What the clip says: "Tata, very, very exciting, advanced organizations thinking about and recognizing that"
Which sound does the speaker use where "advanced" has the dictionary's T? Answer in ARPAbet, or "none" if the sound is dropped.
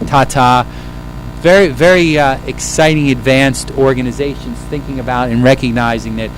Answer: T